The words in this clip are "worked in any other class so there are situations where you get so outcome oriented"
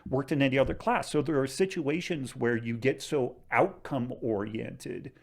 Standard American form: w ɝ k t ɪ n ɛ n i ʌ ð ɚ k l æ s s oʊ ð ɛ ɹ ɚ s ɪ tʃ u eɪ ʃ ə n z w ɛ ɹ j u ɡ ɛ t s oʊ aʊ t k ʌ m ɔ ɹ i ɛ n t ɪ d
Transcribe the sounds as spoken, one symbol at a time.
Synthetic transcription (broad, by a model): w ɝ k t ɪ n ɛ n i ʌ ð ɚ k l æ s s oʊ ð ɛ ɹ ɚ s ɪ tʃ u eɪ ʃ ə n z w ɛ ɹ j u ɡ ɛ t s oʊ aʊ t k ʌ m ɔ ɹ i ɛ n t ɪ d